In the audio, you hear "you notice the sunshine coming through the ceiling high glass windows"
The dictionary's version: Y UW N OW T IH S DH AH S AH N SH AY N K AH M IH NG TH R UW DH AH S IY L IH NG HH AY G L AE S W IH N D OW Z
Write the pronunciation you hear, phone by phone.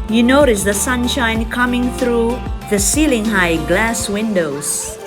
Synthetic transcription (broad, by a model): Y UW N OW T IH S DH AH S AH N SH AY N K AH M IH NG TH R UW DH AH S IY L IH NG HH AY G L AE S W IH N D OW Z